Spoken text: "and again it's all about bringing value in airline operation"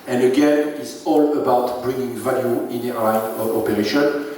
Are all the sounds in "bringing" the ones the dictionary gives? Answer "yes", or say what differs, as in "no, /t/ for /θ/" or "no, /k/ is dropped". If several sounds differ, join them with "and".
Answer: yes